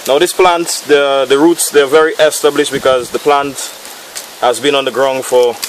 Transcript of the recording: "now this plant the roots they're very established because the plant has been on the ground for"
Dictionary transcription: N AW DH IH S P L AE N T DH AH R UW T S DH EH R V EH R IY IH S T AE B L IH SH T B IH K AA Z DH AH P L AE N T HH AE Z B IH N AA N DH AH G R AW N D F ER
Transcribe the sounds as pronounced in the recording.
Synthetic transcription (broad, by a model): N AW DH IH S P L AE N T DH AH R UW T S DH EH V EH R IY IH S T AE B L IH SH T B IH K AA Z DH AH P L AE N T HH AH Z B IH N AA N DH AH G R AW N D F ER